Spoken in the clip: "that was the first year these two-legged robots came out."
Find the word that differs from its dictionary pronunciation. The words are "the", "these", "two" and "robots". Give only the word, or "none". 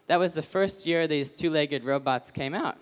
none